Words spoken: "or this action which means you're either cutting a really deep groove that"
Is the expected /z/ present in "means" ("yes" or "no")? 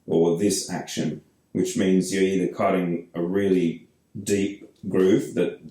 yes